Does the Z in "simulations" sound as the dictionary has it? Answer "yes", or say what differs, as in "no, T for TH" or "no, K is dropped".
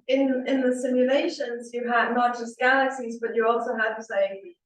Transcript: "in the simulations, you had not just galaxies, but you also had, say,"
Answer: yes